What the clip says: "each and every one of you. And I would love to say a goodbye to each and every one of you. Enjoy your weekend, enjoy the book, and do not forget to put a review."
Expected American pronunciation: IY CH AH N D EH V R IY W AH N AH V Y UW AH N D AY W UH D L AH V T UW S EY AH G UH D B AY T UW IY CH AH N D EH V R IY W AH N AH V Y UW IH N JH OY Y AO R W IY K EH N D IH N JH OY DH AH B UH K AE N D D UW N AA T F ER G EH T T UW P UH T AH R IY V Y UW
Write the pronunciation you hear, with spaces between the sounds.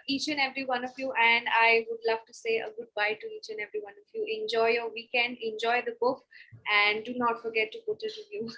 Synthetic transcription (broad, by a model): IY CH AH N EH V R IY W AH N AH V Y UW AH N D AY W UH D L AH V T UW S EY AH G UH D B AY T UW IY CH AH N EH V R IY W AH N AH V Y UW IH N JH OY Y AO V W IY K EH N IH N JH OY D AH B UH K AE N D D UW N AA T F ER G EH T T UW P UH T AH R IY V Y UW